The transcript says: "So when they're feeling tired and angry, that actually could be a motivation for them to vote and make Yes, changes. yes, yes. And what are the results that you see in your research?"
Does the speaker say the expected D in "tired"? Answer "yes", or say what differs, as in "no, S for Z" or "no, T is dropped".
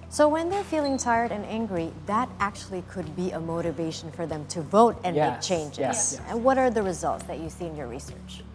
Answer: yes